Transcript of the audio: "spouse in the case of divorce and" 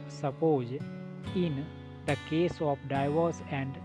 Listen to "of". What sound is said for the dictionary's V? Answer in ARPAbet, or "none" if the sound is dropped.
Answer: P